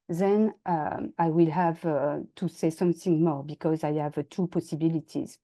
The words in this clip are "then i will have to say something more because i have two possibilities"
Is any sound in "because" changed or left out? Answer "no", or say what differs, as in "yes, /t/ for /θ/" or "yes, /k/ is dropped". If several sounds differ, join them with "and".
no